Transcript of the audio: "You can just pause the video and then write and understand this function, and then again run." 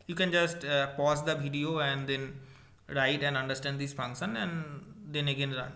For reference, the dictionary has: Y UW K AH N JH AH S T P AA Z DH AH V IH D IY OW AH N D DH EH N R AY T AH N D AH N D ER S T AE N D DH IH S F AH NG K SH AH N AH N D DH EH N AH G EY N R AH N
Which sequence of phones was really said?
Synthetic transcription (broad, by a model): Y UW K AH N JH AH S T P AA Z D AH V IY D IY OW AH N D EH N R AY T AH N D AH N D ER S T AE N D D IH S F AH NG K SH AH N AH N D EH N AH G EY N R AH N